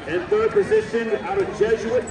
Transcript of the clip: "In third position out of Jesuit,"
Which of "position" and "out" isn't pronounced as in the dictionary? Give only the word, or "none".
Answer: none